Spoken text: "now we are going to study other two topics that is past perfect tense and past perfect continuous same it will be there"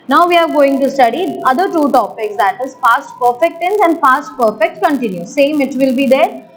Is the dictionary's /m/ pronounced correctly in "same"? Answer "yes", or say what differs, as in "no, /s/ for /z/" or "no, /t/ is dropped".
yes